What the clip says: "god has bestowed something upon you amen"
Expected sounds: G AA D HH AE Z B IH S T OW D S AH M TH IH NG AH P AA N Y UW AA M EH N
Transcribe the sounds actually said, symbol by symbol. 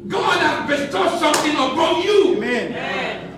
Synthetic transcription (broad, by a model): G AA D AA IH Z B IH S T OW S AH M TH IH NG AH B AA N Y UW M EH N